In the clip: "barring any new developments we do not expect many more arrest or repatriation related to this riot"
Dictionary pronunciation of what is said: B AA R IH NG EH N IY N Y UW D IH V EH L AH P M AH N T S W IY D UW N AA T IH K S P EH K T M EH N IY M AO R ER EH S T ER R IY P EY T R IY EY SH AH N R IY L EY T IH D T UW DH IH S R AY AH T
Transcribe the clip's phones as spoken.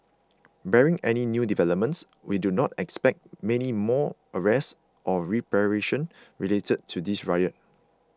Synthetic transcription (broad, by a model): B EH R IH NG EH N IY N Y UW D IH V EH L AH P M AH N T S W IY D UW N AA T IH K S P EH K T M EH N IY M AO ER EH S T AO R IY P R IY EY SH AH N R IY L EY T IH D T UW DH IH S R AY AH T